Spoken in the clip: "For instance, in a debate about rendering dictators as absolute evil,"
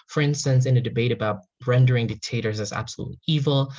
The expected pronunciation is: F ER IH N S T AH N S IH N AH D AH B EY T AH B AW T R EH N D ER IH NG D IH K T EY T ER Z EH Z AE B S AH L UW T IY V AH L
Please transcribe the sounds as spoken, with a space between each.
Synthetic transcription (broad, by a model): F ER IH N S T AH N S IH N AH D AH B EY T AH B AW T R EH N D ER IH NG D IH K T EY T ER Z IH Z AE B S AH L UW T IY V L